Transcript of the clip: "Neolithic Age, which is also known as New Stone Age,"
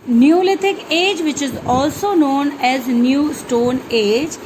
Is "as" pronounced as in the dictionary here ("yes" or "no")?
yes